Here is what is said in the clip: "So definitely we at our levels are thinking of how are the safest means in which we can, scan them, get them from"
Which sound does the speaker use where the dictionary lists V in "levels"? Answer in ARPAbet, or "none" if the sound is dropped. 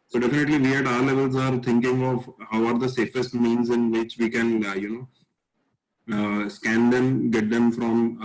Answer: V